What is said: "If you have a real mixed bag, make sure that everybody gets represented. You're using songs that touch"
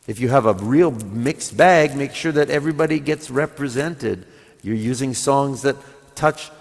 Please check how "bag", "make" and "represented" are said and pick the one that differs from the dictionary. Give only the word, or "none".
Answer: none